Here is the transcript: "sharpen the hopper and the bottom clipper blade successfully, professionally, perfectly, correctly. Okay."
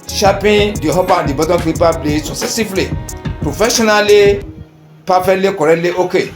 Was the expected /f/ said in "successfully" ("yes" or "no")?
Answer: no